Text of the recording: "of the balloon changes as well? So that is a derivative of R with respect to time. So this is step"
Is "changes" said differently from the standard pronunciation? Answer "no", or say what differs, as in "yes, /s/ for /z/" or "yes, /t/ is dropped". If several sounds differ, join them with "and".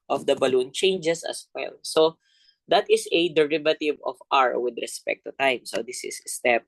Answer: yes, /s/ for /z/